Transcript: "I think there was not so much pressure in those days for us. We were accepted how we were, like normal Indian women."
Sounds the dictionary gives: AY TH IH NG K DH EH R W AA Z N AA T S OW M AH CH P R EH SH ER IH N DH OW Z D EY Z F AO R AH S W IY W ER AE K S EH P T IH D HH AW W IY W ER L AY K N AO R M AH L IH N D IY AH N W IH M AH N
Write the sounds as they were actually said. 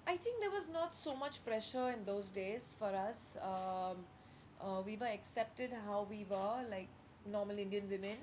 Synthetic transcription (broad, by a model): AY T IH NG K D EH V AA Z N AA T S OW M AH CH P R EH SH ER IH N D OW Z D EY Z F AO R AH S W IY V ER AE K S EH P T IH D HH AW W IY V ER L AY K N AO R M AH L IH N D IY AH N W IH M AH N